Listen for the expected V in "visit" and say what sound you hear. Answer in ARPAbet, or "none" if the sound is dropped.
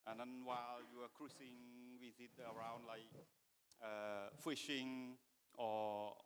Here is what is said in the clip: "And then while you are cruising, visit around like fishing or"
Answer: W